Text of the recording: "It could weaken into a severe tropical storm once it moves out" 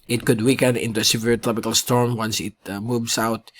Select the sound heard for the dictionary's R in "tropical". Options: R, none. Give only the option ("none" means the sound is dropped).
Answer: R